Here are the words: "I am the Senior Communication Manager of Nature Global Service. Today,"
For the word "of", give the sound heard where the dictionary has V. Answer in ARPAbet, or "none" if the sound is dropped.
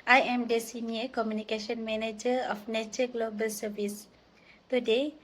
F